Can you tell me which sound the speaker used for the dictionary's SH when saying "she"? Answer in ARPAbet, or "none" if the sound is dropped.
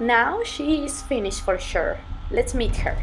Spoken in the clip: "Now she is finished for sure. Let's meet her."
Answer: SH